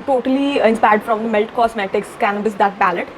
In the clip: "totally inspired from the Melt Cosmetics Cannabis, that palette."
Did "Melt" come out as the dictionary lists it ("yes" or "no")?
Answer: yes